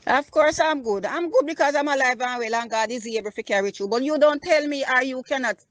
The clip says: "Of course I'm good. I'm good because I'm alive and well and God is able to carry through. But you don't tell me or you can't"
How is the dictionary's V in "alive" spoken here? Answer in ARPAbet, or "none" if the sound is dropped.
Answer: V